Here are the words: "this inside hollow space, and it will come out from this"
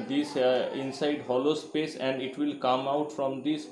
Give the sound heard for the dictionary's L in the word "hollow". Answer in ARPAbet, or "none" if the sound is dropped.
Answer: L